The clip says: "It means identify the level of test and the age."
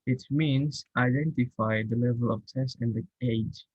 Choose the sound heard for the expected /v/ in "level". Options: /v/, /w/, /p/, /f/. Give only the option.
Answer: /v/